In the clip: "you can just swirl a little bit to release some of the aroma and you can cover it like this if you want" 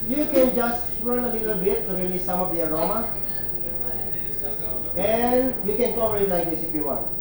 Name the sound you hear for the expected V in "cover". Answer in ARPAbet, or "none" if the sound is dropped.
P